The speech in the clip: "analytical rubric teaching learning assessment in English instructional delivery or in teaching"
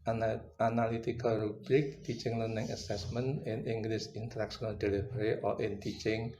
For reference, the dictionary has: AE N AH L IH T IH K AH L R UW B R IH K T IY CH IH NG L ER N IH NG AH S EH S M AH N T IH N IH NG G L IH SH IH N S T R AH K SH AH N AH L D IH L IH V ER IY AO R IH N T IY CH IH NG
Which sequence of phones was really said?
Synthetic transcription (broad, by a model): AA N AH L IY T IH K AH L R UW B R IH K T IY CH IH NG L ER N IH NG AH S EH S M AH N IH N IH NG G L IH S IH N T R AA K S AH N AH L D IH L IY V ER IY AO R IH N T IY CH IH NG